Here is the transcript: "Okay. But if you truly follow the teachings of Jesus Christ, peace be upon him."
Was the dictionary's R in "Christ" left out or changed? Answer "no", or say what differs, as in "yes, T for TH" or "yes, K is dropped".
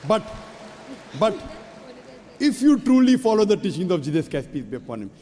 yes, R is dropped